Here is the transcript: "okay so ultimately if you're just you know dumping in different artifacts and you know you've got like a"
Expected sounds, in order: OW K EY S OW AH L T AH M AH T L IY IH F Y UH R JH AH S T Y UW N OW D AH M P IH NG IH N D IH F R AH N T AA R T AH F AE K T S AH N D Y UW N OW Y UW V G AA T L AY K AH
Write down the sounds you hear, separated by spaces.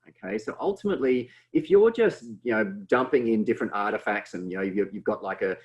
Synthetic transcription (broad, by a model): OW K EY S OW AH L T AH M AH T L IY IH F Y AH R JH AH S T Y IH N OW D AH M P IH NG IH N D IH F R AH N T AA R T AH F AE K T S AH N Y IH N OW Y UW V G AA T L AY K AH